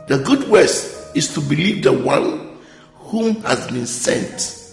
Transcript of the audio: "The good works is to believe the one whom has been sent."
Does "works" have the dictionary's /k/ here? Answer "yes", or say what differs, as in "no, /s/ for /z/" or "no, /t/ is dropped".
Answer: no, /k/ is dropped